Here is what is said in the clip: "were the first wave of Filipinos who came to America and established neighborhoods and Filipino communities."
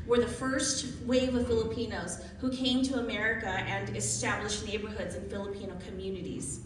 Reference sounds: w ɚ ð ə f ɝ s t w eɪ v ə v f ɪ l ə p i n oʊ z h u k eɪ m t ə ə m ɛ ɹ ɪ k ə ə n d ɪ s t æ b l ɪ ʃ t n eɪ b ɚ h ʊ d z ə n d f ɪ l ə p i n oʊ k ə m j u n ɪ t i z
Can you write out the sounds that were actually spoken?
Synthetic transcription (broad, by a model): w ɚ ð ə f ɝ s t w eɪ v ə v f ɪ l ə p i n oʊ z h u k eɪ m t ə ə m ɛ ɹ ɪ k ə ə n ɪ s t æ b l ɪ ʃ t n eɪ b ɚ h ʊ d z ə n f ɪ l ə p i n oʊ k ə m j u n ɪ t i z